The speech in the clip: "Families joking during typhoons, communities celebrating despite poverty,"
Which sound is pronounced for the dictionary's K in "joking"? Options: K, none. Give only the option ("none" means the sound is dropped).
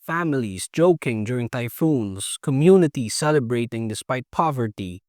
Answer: K